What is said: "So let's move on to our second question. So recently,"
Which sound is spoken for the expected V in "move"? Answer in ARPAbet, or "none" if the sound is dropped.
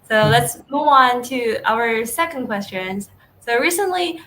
V